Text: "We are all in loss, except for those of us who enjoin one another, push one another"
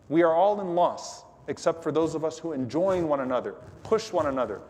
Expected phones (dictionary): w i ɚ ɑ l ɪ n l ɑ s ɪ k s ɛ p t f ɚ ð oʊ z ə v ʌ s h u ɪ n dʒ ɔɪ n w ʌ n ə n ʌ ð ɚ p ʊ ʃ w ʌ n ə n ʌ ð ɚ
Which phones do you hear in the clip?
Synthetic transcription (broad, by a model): w i ɚ ɑ l ɪ n l ɑ s ɪ k s ɛ p t f ɚ ð oʊ z ə v ʌ s h u ɪ n dʒ ɔɪ n w ʌ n ə n ʌ ð ɚ p ʊ ʃ w ʌ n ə n ʌ ð ɚ